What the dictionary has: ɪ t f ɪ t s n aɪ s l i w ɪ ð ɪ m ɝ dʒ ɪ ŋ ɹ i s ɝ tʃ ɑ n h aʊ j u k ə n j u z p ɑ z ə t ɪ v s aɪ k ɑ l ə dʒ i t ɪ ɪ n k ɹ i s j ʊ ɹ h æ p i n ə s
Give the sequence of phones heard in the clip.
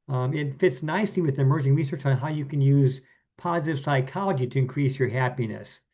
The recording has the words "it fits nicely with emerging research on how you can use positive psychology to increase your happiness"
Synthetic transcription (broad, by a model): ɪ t f ɪ t s n aɪ s i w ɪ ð ɪ m ɝ dʒ ɪ ŋ ɹ i s ɝ tʃ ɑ n h aʊ j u k ə n j u z p ɑ z ə t ɪ v s aɪ k ɑ l ə dʒ i t ɪ ɪ n k ɹ i s j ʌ ɹ h æ p i n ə s